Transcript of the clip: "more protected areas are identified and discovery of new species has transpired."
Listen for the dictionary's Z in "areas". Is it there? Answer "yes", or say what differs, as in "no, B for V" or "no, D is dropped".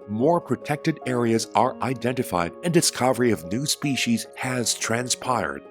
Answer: yes